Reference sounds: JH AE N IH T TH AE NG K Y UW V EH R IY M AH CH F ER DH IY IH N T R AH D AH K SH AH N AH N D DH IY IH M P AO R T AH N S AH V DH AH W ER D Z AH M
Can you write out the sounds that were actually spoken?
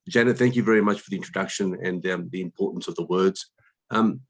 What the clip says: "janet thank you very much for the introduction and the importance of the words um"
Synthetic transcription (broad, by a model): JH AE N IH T TH AE NG K Y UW V EH R IY M AH CH F ER DH IY IH N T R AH D AH K SH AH N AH N DH IY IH M P AO R T N S AH V DH AH W ER D Z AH M